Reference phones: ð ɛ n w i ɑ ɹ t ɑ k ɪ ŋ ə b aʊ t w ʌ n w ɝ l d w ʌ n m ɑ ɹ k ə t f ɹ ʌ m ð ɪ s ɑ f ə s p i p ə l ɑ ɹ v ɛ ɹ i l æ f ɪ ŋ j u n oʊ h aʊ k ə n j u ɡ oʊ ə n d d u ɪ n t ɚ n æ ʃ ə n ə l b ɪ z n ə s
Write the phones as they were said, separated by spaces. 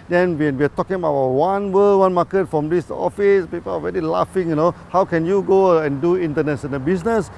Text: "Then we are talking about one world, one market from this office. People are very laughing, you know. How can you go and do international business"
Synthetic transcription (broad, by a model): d ɛ n w i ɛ w t ɑ k ɪ ŋ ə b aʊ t w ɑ n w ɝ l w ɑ n m ɑ k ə t f ɹ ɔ m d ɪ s ɑ f ə s p i p ə l ɑ ɹ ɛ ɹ i l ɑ f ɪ ŋ j u n oʊ h aʊ k ə n j u ɡ oʊ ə n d d u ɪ n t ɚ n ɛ s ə n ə b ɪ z n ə s